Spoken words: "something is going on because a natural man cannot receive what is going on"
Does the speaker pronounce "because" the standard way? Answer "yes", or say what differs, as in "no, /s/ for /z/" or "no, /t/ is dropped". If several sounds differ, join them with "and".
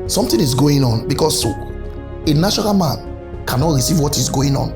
no, /s/ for /z/